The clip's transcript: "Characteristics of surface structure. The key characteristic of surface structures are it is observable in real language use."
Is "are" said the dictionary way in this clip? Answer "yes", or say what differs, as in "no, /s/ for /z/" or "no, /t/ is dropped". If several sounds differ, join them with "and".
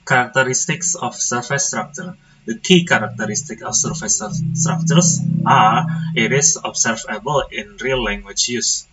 yes